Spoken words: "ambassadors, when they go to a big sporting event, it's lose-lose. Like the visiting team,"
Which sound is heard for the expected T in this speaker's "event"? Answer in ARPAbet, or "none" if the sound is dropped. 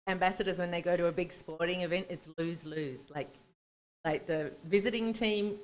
T